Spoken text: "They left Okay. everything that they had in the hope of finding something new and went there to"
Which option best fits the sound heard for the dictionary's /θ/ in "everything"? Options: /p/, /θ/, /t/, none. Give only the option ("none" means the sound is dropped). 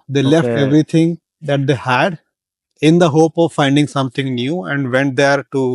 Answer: /t/